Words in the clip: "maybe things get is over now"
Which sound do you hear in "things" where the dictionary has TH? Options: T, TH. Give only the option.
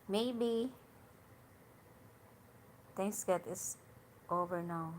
T